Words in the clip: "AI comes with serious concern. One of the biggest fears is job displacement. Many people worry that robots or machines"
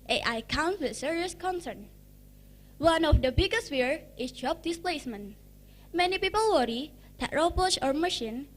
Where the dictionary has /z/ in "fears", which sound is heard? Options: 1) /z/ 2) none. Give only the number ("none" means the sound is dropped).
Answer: 2